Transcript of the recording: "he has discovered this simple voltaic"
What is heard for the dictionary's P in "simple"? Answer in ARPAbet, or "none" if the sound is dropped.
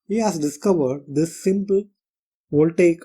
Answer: P